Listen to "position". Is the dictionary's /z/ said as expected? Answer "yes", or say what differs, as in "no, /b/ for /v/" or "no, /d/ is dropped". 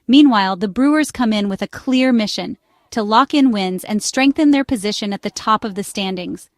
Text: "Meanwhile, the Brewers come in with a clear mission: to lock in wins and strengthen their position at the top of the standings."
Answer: yes